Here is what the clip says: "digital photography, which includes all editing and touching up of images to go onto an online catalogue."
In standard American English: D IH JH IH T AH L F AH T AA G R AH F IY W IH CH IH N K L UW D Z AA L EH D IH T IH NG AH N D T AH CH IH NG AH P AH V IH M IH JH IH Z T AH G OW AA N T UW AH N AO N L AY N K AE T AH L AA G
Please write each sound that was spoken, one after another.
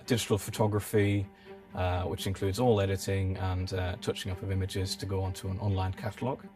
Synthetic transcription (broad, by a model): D IH JH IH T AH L F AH T AA G R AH F IY W IH CH IH N K L UW D Z AA L EH D IH T IH NG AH N T AH CH IH NG AH P AH V IH M IH JH IH Z T AH G OW AA N T UW AH N AO N L AY N K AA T AH L AA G